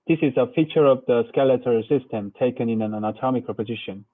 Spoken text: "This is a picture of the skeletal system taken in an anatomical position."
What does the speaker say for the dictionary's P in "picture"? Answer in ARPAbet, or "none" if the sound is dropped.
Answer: F